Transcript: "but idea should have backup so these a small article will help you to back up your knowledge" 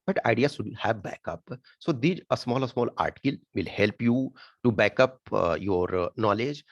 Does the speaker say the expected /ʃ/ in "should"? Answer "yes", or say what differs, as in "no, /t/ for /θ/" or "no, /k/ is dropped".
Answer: no, /s/ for /ʃ/